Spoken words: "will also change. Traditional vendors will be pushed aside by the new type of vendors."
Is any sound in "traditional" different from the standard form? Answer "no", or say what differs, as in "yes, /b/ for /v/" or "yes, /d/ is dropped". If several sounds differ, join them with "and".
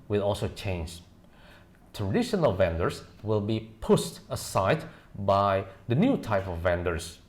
no